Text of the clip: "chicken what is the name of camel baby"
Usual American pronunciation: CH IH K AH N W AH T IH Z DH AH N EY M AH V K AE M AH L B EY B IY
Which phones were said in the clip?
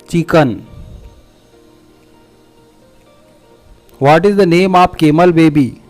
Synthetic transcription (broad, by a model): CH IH K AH N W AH T IH Z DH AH N EY M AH P K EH M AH L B EY B IY